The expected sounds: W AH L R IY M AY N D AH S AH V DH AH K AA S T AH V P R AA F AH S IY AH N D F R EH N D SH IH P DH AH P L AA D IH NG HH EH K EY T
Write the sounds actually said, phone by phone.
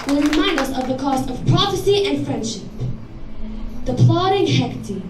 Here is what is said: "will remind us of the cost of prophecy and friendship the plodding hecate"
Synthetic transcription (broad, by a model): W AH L R IY M AY N D AH S AH V DH AH K AA S T AH V P R AA F AH S IY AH N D F R EH N D SH IH P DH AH P L AA D IH NG HH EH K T